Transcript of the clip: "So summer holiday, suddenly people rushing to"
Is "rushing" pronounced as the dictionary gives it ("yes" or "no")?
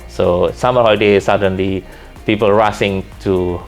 no